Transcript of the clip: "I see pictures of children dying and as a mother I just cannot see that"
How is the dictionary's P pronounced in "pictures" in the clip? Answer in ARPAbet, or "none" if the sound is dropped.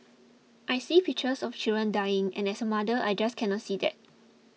F